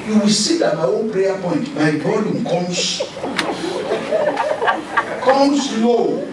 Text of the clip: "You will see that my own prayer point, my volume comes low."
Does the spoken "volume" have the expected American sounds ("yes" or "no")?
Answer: no